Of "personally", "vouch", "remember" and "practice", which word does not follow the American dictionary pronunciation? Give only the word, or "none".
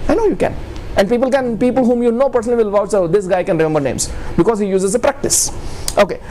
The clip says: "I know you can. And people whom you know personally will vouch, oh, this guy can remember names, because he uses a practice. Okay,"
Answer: vouch